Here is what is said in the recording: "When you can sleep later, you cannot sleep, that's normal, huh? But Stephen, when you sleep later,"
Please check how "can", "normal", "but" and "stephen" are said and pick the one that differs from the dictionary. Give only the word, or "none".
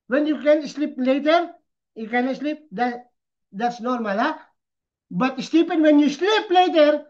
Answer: stephen